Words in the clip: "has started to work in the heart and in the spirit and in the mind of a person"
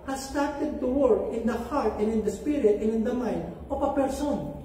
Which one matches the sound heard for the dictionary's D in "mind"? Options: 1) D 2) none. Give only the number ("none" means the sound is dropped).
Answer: 1